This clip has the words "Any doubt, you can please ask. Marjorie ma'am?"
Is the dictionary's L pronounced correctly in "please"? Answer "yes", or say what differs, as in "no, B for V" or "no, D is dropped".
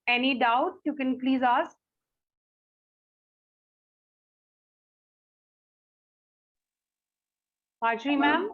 yes